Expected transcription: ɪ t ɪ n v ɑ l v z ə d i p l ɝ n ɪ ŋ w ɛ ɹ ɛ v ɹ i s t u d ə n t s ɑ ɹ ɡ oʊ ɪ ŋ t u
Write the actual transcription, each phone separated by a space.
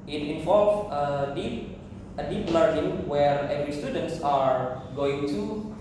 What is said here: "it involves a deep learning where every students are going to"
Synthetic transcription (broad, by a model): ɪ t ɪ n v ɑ l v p ə d i p l ɝ n ɪ ŋ w ɛ ɹ ɛ v ɹ i s t u d ə n t s ɑ ɹ ɡ oʊ ɪ ŋ t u